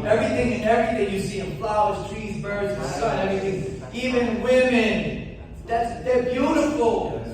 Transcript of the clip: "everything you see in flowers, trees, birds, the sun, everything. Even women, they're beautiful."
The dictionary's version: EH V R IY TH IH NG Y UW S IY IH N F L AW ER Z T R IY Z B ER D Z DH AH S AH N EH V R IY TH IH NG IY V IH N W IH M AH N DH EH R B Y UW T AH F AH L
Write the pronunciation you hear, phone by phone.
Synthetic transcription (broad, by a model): EH V R IY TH IH NG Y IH S IY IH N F L AW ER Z T R IY Z B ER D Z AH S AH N EH V R IY TH IH NG IY V IH N W IH M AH N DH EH R B Y UW T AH F L